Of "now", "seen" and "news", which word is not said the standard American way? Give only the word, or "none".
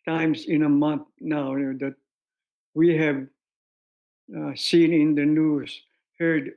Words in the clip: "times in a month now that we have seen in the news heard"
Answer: news